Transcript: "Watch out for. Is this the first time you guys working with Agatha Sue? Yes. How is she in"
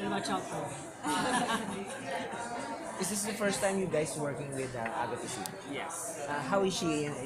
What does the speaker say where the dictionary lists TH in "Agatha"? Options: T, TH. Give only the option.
T